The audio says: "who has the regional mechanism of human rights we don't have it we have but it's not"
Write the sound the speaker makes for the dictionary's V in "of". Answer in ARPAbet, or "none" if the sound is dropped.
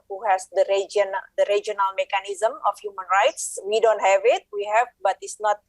F